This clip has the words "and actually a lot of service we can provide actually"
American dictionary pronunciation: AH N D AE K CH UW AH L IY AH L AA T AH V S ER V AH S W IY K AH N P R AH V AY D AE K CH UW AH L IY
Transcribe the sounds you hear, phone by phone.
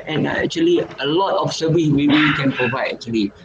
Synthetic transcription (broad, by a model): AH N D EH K CH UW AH L IY AH L AA T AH F S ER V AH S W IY K AH N P R AH V AY D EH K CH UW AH L IY